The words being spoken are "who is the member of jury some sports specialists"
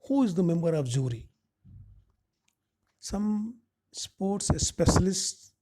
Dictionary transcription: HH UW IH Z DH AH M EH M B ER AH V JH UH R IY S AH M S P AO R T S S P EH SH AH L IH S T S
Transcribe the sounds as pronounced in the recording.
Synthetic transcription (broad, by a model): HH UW IH Z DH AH M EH M B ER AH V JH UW R IY S AH M S P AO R T S S P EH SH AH L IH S S